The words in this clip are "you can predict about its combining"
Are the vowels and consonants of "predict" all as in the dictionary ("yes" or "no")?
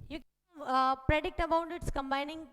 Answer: yes